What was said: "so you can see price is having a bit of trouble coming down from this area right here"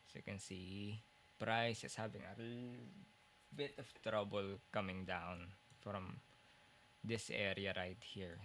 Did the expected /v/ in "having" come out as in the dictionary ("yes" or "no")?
no